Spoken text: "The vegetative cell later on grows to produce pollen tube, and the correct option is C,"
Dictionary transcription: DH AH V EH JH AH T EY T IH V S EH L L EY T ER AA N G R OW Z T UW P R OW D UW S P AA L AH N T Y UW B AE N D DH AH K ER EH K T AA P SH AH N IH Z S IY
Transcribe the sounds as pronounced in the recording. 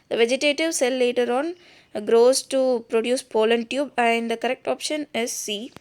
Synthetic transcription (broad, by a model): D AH V EH JH AH T EY T IH V S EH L L EY T ER AA N G R OW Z T UW P R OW D UW S P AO L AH N T Y UW B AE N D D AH K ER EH K T AA P SH AH N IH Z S IY